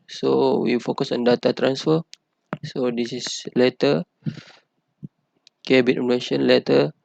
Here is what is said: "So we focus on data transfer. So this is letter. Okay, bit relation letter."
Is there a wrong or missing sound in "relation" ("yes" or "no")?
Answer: yes